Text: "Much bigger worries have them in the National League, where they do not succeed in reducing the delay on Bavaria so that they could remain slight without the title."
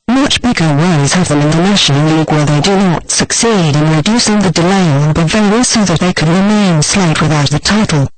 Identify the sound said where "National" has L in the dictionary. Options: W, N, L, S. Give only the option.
N